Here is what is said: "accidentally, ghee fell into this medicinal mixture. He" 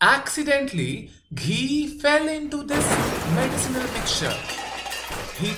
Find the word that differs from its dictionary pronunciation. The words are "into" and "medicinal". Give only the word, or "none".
none